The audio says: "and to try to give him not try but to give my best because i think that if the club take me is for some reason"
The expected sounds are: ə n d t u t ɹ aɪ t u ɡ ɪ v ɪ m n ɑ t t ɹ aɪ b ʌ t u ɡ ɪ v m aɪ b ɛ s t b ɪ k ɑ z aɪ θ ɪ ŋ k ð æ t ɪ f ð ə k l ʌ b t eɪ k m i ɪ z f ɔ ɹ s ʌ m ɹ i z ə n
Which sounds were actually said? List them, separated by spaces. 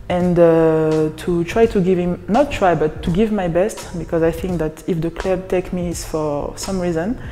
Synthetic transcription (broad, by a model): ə n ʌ t u t ɹ aɪ t u ɡ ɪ v ɪ m n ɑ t t ɹ aɪ b ʌ t u ɡ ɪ v m aɪ b ɛ s t b ɪ k ɑ z aɪ θ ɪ ŋ k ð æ t ɪ f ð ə k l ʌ b t eɪ k m i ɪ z f ɔ ɹ s ʌ m ɹ i z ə n